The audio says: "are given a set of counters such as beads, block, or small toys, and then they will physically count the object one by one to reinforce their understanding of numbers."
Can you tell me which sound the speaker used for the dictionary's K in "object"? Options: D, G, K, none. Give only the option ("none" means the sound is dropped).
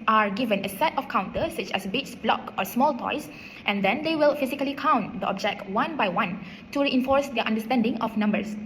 K